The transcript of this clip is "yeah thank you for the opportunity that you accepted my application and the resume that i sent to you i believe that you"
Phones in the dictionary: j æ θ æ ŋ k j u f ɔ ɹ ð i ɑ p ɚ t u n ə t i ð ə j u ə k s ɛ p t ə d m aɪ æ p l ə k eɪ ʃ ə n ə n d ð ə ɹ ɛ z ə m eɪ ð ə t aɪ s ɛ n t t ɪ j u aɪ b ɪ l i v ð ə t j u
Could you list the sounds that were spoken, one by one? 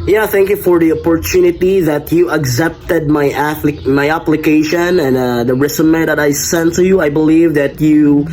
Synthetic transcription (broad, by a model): j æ θ æ ŋ k j u f ɔ ɹ ð i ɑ p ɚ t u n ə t i ð ə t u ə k s ɛ p t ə d m aɪ æ p l ə k eɪ ʃ ə n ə n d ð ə ɹ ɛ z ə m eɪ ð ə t aɪ s ɛ n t t ɪ j u aɪ b ɪ l i v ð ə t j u